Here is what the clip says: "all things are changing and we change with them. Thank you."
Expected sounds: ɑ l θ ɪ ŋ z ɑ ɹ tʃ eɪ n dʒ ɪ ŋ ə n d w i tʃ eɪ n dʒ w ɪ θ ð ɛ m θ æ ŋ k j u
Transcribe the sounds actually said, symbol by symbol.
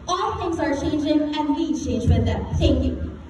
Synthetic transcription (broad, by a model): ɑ l t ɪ ŋ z ɑ ɹ tʃ eɪ n dʒ ɪ ŋ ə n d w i tʃ eɪ n dʒ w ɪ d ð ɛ m t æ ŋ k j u